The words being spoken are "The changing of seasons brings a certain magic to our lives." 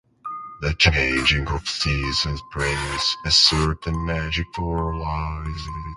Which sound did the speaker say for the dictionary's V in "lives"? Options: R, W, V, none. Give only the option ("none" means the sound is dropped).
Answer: none